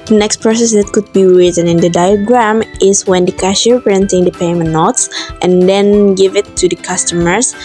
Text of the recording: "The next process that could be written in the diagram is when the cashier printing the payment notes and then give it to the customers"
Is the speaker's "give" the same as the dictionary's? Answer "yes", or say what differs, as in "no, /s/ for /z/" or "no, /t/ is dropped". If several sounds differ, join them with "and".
yes